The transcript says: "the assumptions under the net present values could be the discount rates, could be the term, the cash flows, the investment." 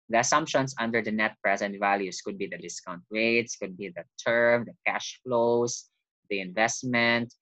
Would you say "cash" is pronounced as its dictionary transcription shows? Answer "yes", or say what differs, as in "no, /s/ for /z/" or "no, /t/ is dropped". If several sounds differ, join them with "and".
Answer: yes